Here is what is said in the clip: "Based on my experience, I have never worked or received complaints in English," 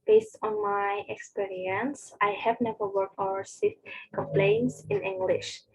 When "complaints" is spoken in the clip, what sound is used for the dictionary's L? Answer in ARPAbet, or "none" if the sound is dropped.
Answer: L